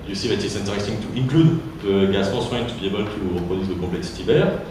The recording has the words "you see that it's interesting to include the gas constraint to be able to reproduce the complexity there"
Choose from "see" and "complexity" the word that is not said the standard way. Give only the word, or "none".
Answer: complexity